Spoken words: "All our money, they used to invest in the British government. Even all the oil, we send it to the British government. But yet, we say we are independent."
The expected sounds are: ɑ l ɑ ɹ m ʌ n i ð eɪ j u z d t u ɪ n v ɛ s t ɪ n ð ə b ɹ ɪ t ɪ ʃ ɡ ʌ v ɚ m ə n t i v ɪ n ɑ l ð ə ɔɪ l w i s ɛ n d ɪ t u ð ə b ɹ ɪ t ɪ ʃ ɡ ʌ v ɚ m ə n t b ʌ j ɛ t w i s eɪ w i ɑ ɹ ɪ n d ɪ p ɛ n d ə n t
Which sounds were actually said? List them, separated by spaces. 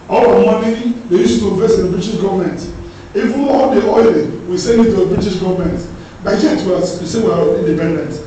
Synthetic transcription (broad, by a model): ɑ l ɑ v m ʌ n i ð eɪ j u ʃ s t u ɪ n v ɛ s ɪ n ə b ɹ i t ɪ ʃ ɡ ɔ v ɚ m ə n t i v ɪ n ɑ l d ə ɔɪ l w i s ɛ n d ɪ t u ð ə b ɹ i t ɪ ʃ ɡ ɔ v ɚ m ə n t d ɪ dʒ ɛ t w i s eɪ w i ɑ l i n d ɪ p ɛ n d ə n t